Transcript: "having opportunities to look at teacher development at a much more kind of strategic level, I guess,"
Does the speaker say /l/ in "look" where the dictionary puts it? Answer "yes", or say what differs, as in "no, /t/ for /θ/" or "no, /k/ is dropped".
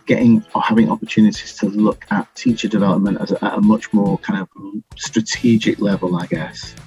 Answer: yes